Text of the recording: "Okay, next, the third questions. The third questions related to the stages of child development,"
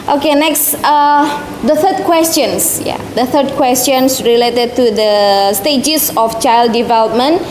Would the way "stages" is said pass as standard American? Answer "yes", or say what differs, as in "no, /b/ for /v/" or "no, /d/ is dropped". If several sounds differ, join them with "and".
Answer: no, /s/ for /z/